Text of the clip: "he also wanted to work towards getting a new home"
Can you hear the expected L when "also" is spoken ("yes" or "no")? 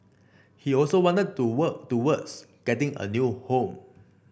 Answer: yes